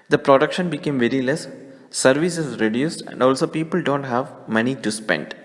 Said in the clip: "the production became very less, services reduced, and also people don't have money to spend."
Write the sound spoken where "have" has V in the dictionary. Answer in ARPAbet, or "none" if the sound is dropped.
V